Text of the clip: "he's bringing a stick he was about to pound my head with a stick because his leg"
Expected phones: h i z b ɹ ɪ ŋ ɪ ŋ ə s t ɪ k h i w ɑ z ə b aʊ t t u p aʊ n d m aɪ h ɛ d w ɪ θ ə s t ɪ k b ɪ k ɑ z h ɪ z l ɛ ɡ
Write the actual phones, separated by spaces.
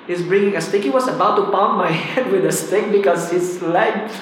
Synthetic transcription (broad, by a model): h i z b ɹ ɪ ŋ ɪ ŋ ə s t ɪ k h i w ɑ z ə b aʊ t t u p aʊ m aɪ h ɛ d w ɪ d ə s t ɪ k b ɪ k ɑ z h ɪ s l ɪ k